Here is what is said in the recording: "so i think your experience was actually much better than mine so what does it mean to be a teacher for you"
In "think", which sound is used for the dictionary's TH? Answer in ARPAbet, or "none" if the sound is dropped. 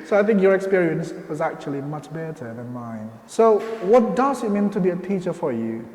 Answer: TH